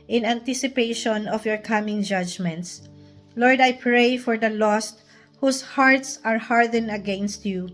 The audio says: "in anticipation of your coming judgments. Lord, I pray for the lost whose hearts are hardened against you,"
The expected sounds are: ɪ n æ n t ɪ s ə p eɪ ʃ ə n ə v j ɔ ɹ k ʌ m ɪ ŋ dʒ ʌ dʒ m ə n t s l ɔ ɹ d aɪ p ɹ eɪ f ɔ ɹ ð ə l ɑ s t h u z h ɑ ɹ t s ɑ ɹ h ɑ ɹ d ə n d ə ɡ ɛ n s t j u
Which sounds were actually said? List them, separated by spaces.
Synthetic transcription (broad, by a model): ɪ n æ n t ɪ s ə p eɪ ʃ ə n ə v j ɔ ɹ k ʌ m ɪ ŋ dʒ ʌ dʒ m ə n t s l ɔ ɹ d aɪ p ɹ eɪ f ɔ ɹ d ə l ɑ s t h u s h ɑ ɹ t s ɑ ɹ h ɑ ɹ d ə n ə ɡ ɛ n s t j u